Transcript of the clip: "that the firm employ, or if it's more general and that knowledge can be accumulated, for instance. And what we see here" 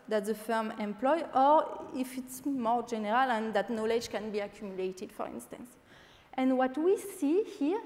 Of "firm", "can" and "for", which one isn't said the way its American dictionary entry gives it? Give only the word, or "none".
none